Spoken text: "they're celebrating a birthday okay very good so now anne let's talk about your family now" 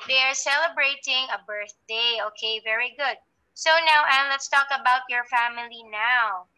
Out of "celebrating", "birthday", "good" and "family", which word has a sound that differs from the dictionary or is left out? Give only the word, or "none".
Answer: none